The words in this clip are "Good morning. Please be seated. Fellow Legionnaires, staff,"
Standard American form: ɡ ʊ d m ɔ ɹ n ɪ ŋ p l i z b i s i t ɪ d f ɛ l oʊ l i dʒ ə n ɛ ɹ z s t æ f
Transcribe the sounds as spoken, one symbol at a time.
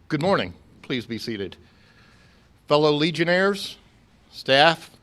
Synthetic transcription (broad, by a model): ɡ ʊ d m ɔ ɹ n ɪ ŋ p l i z b i s i t ɪ d f ɛ l oʊ l i dʒ ə n ɛ ɹ z s t æ f